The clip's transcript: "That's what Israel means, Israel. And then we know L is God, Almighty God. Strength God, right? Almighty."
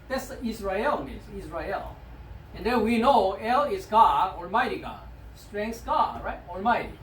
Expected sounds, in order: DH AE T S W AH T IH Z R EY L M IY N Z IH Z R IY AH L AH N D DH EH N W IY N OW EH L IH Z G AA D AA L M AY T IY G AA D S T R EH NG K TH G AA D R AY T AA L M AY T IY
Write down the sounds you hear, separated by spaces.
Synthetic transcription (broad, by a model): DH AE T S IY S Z R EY L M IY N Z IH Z R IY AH L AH N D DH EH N W IY N OW EH L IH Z G AA D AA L M AY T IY G AA D S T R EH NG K S G AA D R AY T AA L M AY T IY